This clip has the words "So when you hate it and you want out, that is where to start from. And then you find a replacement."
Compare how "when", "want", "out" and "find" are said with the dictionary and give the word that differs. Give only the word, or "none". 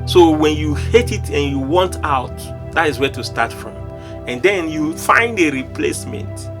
none